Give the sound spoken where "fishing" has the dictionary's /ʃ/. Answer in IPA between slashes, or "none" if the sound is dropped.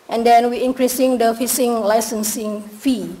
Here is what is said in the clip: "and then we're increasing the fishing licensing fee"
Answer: /s/